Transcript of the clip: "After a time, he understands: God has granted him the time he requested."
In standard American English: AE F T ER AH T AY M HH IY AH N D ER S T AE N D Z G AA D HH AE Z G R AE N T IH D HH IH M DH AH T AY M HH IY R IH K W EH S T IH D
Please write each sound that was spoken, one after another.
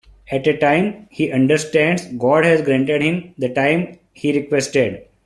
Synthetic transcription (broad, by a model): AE T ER AH T AY M HH IY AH N D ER S T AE N D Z G AA D HH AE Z G R AE N T IH D HH IH M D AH T AY M HH IY R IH K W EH S T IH D